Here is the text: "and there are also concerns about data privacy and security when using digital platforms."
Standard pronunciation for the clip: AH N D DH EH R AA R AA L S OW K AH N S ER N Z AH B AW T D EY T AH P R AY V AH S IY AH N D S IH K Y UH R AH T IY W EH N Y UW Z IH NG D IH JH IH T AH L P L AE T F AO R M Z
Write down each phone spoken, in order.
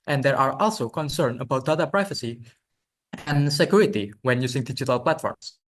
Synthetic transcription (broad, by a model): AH N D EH R AA R AA L S OW K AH N S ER N AH B AW T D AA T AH P R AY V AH S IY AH N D S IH K Y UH R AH T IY W EH N Y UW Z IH NG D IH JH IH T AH L P L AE T F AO R M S